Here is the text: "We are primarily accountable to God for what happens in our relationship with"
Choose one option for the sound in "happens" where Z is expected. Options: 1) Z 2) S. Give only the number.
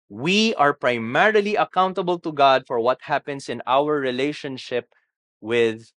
2